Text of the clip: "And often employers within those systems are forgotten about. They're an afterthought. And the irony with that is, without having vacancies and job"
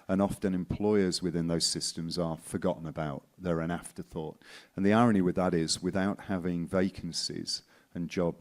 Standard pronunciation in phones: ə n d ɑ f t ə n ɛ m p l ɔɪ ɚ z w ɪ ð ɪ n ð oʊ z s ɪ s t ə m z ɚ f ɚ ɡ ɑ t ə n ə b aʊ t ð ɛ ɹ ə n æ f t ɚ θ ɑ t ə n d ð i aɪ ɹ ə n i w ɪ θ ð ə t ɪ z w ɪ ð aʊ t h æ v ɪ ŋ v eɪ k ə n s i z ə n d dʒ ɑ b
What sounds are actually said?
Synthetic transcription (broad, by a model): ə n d ɑ f t ə n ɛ m p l ɔɪ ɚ z w ɪ ð ɪ n ð oʊ z s ɪ s t ə m z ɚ f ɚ ɡ ɑ t n ə b aʊ t ð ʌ ɹ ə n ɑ f t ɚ θ ɑ t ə n ð i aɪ ɹ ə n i w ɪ ð ə t ɪ z w ɪ ð aʊ t h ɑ v ɪ ŋ v eɪ k ə n s i z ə n dʒ ɑ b